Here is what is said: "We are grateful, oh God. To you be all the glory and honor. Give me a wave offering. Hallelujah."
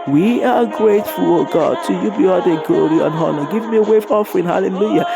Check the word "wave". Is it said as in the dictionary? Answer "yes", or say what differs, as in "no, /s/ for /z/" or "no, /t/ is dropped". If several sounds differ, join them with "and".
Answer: no, /f/ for /v/